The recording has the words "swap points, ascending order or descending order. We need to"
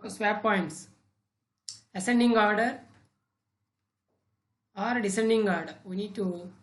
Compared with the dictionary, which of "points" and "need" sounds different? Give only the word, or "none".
none